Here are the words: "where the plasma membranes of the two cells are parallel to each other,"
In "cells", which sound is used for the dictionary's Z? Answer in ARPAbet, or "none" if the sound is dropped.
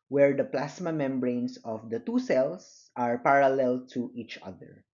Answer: S